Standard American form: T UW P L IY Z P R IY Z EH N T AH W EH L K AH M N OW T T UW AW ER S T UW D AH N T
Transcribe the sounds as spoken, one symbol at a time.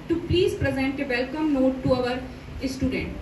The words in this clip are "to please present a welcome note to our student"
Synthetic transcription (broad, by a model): T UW P L IY Z P R IY Z EH N T AH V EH L K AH M N OW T T UW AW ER S T UW D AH N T